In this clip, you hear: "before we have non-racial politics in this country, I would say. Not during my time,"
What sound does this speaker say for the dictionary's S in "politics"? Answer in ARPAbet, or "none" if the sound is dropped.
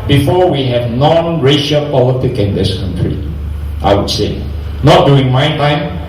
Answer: none